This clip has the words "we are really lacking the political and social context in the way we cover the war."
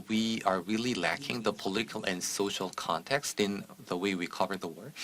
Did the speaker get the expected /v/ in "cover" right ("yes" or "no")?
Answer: yes